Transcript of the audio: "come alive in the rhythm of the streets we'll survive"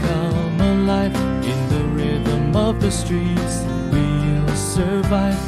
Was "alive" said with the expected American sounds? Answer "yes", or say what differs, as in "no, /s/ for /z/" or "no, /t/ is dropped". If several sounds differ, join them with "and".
no, /f/ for /v/